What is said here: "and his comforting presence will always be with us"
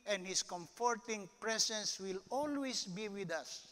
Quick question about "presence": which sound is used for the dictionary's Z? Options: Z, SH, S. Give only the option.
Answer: S